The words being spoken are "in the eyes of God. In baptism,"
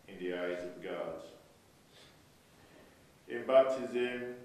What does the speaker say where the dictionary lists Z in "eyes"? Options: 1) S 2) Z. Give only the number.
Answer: 2